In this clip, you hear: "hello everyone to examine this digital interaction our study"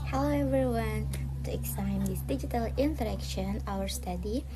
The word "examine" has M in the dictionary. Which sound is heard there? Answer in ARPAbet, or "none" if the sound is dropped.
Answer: none